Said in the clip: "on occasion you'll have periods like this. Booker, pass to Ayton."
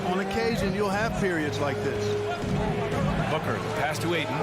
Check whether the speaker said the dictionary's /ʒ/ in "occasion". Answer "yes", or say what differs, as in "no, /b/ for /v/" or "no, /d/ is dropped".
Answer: yes